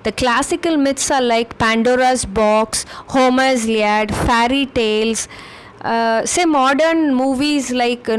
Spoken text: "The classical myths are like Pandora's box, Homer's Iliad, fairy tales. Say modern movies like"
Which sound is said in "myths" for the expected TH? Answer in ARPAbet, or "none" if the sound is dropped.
T